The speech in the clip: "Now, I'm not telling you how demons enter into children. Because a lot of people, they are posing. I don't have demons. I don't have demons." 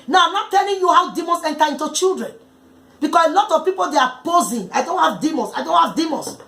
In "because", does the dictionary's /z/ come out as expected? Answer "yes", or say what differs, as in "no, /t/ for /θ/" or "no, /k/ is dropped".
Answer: no, /s/ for /z/